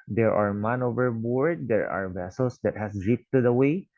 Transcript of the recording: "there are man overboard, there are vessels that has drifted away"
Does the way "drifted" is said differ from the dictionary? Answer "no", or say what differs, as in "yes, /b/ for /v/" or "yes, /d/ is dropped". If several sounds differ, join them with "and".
yes, /p/ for /f/